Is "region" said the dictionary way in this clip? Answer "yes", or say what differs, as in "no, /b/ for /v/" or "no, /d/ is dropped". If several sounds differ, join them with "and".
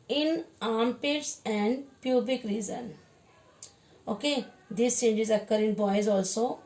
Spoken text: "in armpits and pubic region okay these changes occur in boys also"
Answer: no, /z/ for /dʒ/